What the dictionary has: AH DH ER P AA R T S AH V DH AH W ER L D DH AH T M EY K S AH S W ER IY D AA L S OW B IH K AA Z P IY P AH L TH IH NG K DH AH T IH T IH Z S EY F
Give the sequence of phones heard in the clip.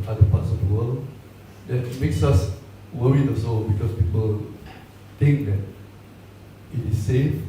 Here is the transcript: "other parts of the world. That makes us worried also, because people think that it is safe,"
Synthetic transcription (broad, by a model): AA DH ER P AA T S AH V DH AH W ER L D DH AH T M EY K S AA S W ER IY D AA S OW B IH K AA S P IY P AH L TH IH NG K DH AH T IH T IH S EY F